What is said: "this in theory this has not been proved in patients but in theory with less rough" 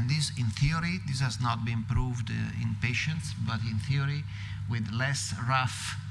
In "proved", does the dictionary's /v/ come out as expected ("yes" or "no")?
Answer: yes